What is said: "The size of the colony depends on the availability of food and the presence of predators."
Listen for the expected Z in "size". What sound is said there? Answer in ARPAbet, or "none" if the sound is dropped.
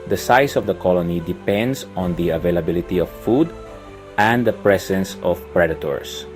S